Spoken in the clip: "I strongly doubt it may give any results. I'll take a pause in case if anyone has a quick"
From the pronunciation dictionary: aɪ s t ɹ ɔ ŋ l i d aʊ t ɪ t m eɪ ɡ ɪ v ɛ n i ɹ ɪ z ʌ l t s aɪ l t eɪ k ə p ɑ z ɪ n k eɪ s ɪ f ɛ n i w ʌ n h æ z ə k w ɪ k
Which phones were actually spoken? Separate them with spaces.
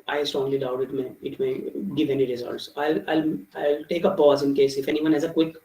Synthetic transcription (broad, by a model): aɪ s t ɹ ɔ ŋ l i d aʊ t ɪ t m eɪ ɡ ɪ v ɛ n i ɹ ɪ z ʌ l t s aɪ l t eɪ k ə p ɑ z ɪ n k eɪ s ɪ f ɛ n i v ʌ n h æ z ə k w ɪ k